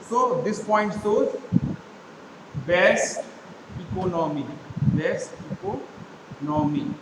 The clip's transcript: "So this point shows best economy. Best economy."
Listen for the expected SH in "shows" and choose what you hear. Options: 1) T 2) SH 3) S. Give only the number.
3